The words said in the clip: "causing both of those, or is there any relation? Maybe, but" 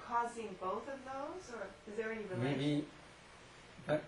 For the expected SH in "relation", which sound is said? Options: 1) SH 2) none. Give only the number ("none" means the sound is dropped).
2